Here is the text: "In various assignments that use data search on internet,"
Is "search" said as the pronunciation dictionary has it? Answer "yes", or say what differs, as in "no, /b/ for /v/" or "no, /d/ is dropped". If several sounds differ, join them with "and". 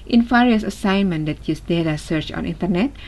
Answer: yes